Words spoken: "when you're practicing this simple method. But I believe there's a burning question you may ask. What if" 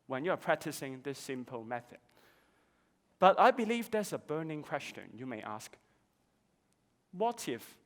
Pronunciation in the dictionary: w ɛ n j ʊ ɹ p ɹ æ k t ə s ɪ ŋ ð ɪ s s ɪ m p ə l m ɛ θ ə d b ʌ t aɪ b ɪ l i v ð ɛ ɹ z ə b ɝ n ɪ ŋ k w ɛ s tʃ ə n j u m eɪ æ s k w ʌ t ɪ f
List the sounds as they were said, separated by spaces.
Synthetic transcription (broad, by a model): w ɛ n j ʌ ɹ p ɹ æ k t ə s ɪ ŋ ð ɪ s s ɪ m p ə l m ɛ θ ə d b ʌ t aɪ b ɪ l i v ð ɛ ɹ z ə b ɝ n ɪ ŋ k w ɛ s tʃ ə n j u m eɪ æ s k w ʌ t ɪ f